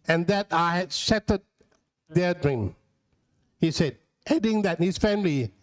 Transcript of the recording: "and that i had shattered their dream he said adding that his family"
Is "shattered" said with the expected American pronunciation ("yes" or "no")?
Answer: no